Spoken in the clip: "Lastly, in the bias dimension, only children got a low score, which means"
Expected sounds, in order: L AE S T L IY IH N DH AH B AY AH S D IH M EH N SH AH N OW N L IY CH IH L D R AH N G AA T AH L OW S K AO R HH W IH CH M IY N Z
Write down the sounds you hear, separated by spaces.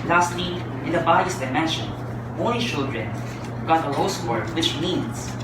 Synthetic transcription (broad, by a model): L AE S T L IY IH N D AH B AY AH S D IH M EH N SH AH N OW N IY CH IH L D R AH N G AA T AH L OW S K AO R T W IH CH M IY N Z